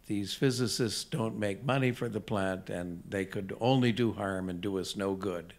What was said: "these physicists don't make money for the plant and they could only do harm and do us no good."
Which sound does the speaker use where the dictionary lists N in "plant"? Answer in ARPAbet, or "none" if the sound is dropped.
N